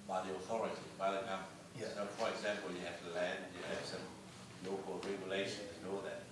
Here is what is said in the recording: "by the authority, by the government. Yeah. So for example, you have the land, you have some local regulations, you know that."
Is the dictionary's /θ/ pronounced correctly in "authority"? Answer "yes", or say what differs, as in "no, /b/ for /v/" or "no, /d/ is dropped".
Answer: yes